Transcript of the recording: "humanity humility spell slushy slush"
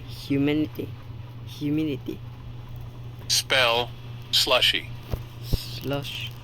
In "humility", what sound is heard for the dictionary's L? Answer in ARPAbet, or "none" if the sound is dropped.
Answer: N